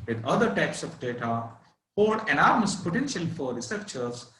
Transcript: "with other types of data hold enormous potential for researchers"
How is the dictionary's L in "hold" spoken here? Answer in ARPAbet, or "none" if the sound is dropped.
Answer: none